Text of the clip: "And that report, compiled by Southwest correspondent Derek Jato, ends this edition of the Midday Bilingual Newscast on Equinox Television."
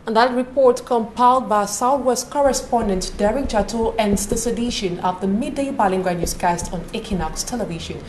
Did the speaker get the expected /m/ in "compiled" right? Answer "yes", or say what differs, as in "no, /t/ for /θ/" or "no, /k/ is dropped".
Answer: yes